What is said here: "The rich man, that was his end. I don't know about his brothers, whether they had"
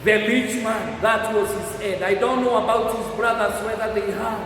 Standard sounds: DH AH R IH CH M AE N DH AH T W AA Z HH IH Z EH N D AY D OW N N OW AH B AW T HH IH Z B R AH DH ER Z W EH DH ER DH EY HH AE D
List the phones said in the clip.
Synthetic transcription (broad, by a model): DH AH L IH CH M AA DH AH T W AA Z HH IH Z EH D AY D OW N N OW AH B AW T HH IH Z B R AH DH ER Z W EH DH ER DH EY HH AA